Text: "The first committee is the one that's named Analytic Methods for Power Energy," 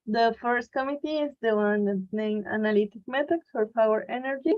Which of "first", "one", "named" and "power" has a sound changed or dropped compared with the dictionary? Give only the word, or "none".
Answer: named